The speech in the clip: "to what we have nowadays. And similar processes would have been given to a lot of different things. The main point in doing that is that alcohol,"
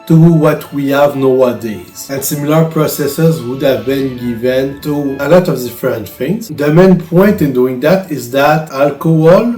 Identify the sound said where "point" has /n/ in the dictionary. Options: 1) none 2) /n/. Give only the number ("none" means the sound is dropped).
2